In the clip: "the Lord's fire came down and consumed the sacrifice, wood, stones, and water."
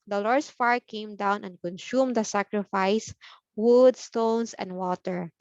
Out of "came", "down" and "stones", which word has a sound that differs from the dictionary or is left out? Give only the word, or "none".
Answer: stones